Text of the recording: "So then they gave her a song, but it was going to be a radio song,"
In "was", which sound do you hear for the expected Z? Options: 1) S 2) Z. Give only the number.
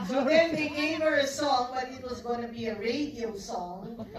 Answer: 2